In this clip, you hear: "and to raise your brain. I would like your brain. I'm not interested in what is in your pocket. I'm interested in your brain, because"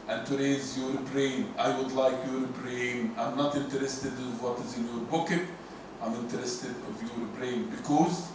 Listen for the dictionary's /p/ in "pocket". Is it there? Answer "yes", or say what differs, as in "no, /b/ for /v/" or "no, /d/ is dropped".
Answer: no, /b/ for /p/